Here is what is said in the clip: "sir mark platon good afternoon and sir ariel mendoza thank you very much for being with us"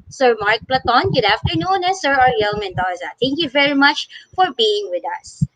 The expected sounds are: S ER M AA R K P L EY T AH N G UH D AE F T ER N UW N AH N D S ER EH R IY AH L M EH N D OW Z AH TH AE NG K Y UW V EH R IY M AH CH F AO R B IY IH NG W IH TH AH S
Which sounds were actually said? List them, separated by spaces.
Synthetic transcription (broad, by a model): S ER M AA R K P L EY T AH N G UH D AE F T ER N UW N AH S ER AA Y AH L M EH N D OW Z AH T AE NG K Y UW V EH R IY M AH CH F AO R B IY IH NG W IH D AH S